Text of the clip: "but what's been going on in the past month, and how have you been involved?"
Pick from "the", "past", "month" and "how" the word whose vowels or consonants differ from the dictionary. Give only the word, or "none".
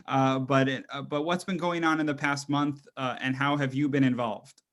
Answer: none